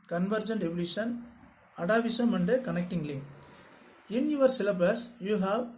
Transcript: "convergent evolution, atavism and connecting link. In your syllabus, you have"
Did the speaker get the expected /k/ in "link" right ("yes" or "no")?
no